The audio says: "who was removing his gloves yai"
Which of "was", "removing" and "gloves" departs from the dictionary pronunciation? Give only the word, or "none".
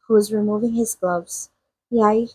none